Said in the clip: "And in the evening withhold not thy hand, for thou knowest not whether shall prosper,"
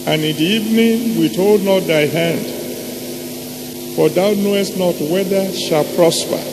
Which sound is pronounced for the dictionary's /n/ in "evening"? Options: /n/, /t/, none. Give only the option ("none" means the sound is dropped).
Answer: /n/